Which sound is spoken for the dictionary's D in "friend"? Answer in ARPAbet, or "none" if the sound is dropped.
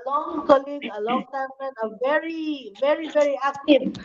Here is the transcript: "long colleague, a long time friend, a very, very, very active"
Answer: none